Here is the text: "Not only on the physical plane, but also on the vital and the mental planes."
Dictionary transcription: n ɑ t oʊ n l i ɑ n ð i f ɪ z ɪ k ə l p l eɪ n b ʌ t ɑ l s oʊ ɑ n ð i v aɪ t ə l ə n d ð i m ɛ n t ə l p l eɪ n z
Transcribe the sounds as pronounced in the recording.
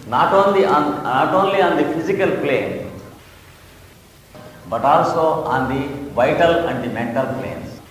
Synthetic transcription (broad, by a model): n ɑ t oʊ n l i ɑ n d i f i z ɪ k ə l p l eɪ n b ʌ t ɑ l s oʊ ɑ n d i v aɪ t ə l ə n d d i m ɛ n t ə l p l eɪ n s